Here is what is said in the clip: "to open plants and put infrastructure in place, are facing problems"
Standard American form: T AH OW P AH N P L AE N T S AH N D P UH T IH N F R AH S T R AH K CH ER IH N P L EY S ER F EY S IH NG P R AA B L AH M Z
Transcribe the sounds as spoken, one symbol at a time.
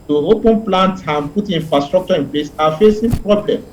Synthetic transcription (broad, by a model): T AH OW P AH N P L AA N T AH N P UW T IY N F R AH S T R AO K CH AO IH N P L EY S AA F EY S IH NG P R AA B L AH M